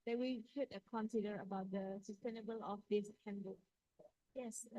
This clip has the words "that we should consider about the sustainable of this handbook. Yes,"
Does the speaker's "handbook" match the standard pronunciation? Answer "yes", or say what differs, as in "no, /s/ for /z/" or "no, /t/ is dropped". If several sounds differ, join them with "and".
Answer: no, /b/ is dropped